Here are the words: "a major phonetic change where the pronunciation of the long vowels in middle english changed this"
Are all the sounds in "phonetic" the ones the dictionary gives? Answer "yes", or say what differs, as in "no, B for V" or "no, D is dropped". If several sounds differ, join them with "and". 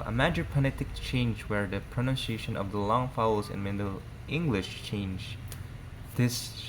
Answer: no, P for F